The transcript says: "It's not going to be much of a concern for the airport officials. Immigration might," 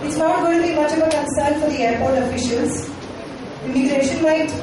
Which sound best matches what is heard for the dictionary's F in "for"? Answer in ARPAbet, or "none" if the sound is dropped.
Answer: F